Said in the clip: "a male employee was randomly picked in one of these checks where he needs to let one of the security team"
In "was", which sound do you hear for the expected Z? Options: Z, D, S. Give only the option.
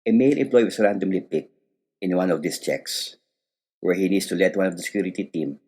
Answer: S